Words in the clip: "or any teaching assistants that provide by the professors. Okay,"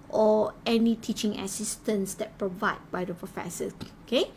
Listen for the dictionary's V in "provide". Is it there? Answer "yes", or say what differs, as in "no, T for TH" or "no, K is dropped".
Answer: yes